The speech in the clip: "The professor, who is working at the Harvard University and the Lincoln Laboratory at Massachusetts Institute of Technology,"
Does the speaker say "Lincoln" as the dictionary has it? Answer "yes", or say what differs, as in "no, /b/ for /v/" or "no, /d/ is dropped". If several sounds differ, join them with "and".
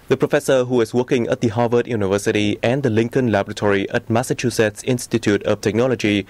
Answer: yes